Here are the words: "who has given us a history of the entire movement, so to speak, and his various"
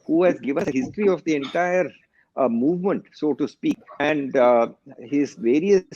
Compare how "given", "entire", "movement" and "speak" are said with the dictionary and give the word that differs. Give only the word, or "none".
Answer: none